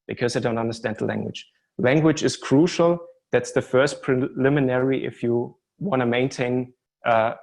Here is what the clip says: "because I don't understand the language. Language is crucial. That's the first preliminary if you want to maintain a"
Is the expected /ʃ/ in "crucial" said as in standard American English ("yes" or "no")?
yes